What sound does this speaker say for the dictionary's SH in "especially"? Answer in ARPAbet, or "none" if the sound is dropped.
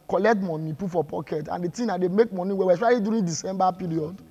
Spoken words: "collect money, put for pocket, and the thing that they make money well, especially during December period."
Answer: none